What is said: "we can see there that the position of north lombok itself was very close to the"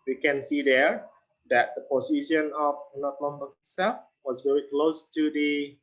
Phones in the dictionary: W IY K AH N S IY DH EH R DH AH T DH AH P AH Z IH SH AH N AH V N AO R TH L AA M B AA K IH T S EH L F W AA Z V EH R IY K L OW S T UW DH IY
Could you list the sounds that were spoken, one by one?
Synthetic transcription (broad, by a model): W IY K AH N S IY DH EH R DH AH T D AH P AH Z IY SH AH N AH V N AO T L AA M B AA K S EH F W AA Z V EH R IY K L OW S T UW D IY